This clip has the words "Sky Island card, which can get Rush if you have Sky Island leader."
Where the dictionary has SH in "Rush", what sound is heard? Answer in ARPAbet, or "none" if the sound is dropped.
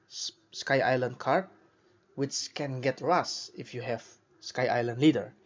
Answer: S